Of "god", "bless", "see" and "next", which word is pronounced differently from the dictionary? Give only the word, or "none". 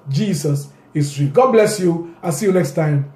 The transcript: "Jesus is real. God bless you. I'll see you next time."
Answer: none